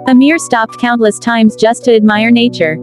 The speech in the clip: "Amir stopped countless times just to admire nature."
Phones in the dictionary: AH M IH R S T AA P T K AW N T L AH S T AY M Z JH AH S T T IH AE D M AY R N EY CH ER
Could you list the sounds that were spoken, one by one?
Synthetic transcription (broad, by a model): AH M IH R S T AA P T K AW N T L AH S T AY M Z JH AH S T T IH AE D M AY R N EY CH ER